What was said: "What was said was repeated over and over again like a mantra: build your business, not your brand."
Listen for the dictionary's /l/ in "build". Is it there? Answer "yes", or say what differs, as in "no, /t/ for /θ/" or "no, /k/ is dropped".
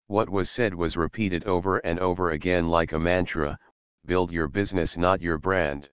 yes